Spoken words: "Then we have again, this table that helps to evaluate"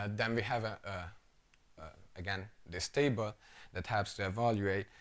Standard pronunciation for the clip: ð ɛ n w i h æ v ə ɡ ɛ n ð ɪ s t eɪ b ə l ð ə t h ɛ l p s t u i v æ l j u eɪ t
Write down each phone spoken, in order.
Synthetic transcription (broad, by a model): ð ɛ n w i h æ v ə ɡ ɛ n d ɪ s t eɪ b ə l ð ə t h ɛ p s t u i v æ l j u eɪ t